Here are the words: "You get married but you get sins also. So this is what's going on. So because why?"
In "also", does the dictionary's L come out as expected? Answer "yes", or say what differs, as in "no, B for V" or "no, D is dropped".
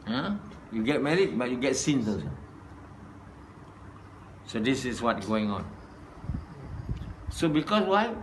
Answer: no, L is dropped